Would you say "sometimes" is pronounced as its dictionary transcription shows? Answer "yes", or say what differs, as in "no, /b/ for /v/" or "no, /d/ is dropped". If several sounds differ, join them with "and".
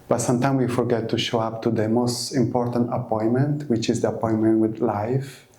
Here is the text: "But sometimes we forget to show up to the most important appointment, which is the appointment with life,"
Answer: no, /z/ is dropped